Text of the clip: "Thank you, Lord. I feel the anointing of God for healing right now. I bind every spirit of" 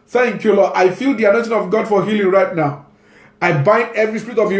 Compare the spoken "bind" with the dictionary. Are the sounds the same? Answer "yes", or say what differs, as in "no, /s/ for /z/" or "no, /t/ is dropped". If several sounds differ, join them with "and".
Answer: yes